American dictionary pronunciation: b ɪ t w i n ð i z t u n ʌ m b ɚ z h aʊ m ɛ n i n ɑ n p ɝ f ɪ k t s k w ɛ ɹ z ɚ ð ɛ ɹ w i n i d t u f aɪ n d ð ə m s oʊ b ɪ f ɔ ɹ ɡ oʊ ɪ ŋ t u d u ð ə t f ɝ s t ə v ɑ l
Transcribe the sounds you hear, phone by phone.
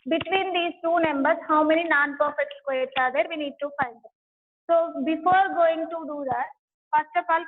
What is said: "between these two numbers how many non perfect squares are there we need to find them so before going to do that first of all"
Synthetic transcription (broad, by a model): b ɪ t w i n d i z t u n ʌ m b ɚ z h aʊ m ɛ n i n ɑ n p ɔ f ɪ t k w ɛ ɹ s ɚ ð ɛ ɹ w i n i d t u f aɪ n d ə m s oʊ b ɪ f ɔ ɹ ɡ oʊ ɪ ŋ t u d u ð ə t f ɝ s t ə f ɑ l